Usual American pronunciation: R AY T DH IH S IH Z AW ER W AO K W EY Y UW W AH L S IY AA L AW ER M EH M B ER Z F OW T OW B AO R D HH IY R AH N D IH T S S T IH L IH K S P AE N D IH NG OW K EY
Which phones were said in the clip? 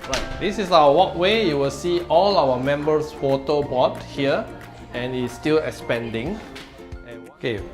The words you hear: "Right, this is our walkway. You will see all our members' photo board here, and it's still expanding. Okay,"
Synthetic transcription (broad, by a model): R AY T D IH S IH S AW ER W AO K W EY Y UW W AH L S IY AA L AW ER M EH M B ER S F OW T OW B AO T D HH IY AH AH N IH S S T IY L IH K S P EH N D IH NG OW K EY